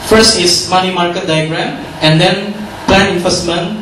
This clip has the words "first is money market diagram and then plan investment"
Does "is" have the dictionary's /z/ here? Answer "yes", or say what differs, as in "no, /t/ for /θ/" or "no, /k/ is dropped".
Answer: no, /s/ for /z/